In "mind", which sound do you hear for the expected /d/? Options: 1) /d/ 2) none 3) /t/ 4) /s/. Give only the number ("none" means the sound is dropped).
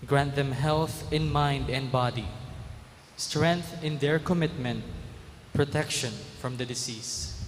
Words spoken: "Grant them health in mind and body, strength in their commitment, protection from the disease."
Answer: 1